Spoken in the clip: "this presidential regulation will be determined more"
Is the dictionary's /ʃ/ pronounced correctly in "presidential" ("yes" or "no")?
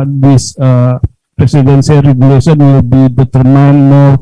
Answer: no